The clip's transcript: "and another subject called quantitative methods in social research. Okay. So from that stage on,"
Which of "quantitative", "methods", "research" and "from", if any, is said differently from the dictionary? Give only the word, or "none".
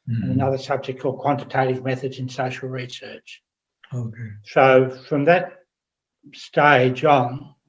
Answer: none